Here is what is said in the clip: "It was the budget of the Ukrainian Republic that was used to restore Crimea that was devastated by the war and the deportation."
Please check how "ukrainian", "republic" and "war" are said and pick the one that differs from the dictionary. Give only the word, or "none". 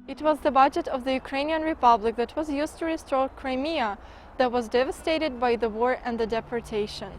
none